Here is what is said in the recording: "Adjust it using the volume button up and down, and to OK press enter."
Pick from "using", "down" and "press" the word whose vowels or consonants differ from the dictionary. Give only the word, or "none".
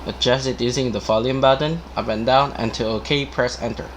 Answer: none